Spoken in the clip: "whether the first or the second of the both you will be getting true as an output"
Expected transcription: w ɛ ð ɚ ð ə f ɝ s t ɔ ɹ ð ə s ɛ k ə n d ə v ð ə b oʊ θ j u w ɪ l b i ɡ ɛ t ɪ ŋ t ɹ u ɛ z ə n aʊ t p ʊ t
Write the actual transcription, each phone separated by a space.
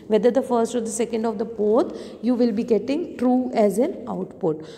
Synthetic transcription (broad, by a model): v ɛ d ɚ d ə f ɝ s t ɔ ɹ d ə s ɛ k ə n d ə v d ə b oʊ t j u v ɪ l b i ɡ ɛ t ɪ ŋ t ɹ u ɛ z ə n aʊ t p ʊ t